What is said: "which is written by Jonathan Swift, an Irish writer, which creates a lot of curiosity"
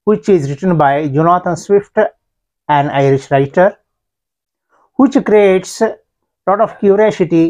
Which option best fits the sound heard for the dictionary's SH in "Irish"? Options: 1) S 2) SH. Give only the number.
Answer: 2